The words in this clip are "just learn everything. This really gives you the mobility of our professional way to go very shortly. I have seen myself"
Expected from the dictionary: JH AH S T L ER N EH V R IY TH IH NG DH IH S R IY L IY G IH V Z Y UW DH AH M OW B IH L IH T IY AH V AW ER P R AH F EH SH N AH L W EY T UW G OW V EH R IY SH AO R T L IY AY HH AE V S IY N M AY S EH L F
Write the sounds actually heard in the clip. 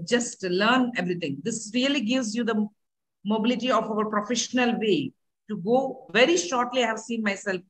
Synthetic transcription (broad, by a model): JH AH S T L ER N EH V R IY T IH NG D IH S R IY L IY G IH V Z Y UW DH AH M OW B IH L IH T IY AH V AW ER P R AH F EH SH N AH L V EY T UW G OW V EH R IY SH AO R T L IY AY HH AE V S IY N M AY S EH L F